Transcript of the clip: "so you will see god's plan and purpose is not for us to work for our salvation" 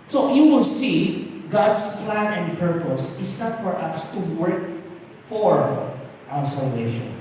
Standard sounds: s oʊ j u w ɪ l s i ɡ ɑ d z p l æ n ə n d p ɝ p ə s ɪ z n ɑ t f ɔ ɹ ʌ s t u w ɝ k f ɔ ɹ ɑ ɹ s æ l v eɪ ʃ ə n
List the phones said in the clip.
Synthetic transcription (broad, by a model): s oʊ j u w ɪ l s i ɡ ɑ d s p l æ n ə n d p ɝ p ə s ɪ s n ɑ t f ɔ ɹ ʌ s t u w ɝ k f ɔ ɹ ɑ w s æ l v eɪ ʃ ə n